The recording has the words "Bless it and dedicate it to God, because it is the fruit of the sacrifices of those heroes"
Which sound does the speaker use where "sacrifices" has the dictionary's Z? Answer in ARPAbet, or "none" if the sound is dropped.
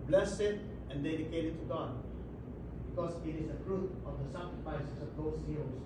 S